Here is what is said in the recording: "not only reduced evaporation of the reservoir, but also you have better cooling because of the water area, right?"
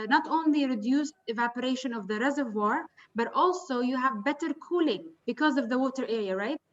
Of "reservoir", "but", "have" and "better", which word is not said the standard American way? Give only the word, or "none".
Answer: none